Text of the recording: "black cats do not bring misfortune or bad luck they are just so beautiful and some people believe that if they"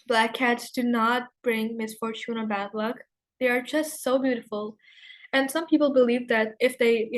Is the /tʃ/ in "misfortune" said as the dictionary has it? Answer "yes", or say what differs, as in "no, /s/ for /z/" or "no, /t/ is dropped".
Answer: yes